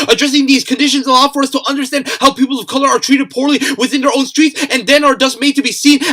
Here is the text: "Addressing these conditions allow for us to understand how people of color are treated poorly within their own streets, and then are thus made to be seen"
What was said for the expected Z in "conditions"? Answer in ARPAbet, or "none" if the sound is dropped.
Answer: Z